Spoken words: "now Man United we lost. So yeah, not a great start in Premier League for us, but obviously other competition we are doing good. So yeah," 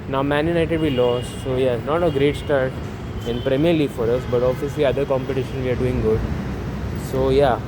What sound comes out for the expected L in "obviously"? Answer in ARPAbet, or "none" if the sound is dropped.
none